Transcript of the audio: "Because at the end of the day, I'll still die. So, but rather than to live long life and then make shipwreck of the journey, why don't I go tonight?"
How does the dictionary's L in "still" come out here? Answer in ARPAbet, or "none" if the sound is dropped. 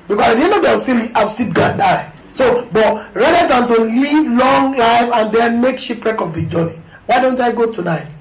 N